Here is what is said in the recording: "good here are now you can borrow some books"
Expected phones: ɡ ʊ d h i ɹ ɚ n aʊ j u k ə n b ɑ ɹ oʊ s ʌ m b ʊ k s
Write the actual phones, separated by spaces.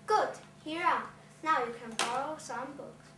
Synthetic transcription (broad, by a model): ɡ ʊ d h i ɹ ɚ n aʊ j u k ə n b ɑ l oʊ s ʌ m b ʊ k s